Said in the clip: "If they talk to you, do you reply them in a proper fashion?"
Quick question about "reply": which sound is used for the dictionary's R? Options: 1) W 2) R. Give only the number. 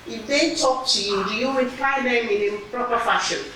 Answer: 1